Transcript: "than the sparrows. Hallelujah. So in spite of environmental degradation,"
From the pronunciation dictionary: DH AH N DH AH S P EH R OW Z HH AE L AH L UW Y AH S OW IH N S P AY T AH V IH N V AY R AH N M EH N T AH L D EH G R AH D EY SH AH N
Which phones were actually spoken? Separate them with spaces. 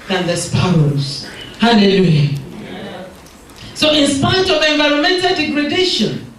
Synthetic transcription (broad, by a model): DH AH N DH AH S P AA W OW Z HH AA L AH L UW Y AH S OW IH N S P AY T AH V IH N V AY R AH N M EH N T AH L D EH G R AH D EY SH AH N